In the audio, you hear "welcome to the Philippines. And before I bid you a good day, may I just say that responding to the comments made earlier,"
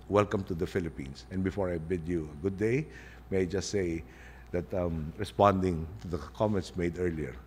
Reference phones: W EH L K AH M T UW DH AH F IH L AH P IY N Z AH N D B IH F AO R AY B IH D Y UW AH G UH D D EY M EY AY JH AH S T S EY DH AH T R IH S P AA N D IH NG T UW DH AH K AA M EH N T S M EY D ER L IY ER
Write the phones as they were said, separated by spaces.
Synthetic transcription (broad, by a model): W EH L K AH M T UW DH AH F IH L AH P IY N S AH N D B IH F AO R AY B IH D Y UW AH G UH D D EY M EY AY JH AH S T S EY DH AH T R IH S P AA N D IH NG T UW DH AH K AA M EH N T S M EY D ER L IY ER